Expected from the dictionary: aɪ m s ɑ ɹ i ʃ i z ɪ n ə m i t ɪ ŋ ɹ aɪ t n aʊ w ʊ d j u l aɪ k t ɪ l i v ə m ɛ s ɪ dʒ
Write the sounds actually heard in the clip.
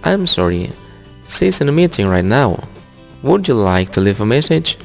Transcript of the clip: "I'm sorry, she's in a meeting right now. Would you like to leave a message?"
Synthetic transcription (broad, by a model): aɪ m s ɑ ɹ i s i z ɪ n ə m i t ɪ ŋ ɹ aɪ t n aʊ w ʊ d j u l aɪ k t ɪ l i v ə m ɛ s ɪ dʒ